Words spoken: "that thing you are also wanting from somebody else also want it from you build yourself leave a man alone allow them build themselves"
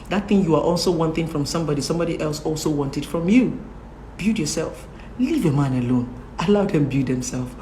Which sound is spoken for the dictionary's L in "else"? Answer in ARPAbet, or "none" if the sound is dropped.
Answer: L